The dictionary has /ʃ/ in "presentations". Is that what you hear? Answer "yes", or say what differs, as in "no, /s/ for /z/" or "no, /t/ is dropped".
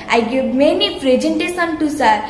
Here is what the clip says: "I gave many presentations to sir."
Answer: no, /s/ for /ʃ/